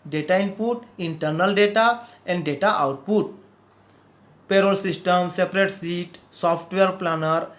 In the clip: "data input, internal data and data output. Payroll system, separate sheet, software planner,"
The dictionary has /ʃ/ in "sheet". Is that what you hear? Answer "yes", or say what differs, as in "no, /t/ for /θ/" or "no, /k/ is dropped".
no, /s/ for /ʃ/